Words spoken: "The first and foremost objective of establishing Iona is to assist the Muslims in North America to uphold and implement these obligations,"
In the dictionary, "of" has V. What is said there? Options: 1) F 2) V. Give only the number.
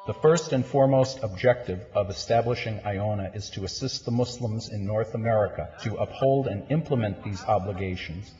2